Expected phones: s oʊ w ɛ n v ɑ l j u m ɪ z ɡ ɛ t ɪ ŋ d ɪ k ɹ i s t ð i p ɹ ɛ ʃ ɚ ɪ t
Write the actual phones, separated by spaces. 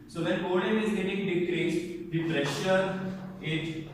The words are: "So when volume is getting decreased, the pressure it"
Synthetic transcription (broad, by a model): s oʊ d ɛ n p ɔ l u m ɪ z ɡ ɛ t ɪ ŋ d ɪ k ɹ i s t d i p ɹ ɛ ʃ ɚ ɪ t